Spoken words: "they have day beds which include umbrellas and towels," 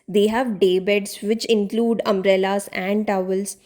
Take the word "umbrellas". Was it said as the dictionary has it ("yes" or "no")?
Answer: no